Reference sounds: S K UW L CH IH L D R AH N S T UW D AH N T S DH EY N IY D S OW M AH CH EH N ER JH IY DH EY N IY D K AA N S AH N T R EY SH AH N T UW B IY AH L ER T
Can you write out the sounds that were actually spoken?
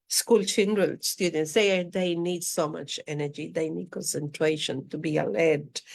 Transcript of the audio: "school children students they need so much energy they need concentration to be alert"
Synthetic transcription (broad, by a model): S K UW L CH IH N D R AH L S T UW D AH N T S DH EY N IY D S OW M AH CH EH N ER JH IY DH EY N IY D K AA N S AH N T R EY SH AH N T UW B IY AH L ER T